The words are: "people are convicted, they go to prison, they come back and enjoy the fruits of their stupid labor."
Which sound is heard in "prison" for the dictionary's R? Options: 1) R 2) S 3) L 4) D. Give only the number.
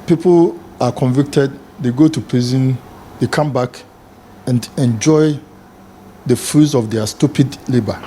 3